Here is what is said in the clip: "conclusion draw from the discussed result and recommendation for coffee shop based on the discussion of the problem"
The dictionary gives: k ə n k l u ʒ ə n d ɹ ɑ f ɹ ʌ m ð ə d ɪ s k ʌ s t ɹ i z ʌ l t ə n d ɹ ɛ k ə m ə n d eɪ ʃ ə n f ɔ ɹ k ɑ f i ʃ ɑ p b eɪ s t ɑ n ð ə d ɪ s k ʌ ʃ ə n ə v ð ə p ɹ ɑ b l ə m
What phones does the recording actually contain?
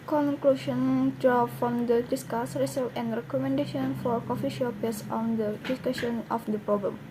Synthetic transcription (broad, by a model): k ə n k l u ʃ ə n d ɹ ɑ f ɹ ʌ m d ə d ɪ s k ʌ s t ɹ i s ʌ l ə n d ɹ ɛ k ə m ə n d eɪ ʃ ə n f ɔ ɹ k ɑ f i ʃ ɑ p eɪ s ɑ n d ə d ɪ s k ʌ ʃ ə n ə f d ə p ɹ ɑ b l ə m